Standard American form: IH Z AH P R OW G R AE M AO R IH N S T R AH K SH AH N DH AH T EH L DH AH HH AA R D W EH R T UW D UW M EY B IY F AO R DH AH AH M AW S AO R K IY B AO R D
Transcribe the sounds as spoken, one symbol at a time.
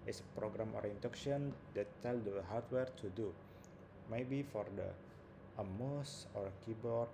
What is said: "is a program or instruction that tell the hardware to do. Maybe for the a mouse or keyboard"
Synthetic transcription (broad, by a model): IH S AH P R OW G R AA M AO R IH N T AH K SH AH N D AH T EH L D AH HH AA R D W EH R T UW D UW M EY B IY F AO R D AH AH M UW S AO R K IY B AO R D